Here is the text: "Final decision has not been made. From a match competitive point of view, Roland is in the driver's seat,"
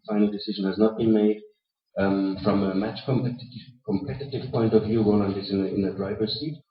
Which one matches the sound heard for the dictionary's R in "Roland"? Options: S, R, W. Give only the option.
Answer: W